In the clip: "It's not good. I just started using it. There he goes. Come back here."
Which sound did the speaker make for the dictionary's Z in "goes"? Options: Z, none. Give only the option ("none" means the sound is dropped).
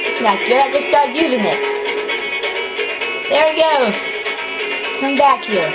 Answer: none